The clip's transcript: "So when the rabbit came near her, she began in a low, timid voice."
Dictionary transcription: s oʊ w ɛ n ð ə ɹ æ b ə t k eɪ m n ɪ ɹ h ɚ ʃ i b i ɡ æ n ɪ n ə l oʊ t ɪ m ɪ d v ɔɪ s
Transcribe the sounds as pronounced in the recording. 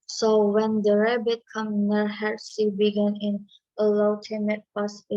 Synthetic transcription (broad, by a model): s oʊ w ɛ n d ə ɹ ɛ b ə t k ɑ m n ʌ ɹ h ɚ s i b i ɡ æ n ɪ n ə l oʊ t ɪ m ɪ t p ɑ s